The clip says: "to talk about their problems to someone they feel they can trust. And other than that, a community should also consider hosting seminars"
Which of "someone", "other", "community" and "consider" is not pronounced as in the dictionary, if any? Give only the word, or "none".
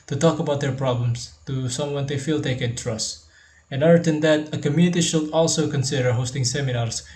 other